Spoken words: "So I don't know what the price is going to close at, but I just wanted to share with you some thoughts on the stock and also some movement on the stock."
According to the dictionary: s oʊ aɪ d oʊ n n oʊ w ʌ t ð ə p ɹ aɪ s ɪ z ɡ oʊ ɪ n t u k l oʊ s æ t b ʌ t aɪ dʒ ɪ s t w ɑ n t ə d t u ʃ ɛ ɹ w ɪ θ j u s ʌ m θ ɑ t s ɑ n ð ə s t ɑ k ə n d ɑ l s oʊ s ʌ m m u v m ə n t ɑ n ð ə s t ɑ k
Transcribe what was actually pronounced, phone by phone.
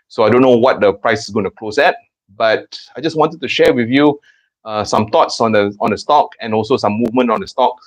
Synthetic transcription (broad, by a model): s oʊ aɪ d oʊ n n oʊ w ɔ t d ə p ɹ aɪ s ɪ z ɡ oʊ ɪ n t u k l oʊ s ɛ t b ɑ t aɪ dʒ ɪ s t w ɑ n t ə d t u ʃ ɛ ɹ w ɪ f j u s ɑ m t ɑ t s ɑ n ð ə s t ɑ k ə n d ɑ l s oʊ s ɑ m m u v m ə n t ɑ n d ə s t ɑ k